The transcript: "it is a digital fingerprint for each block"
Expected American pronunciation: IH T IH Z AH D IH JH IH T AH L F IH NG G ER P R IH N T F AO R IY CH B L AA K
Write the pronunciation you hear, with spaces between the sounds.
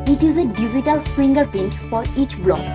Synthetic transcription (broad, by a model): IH T IH Z AH D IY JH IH T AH L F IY NG G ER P IH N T F AO R IY CH B L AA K